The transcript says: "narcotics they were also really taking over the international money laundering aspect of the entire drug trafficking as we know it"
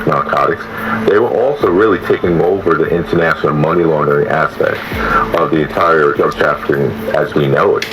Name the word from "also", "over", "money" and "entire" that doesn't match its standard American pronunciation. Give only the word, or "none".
none